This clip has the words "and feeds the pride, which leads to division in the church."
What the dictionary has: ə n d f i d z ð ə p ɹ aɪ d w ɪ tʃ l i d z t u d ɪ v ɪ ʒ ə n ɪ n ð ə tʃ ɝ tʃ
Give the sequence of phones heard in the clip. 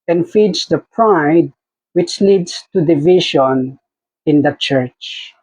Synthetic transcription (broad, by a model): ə n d f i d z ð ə p ɹ aɪ d w ɪ tʃ l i d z t u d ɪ v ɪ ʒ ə n ɪ n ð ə tʃ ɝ tʃ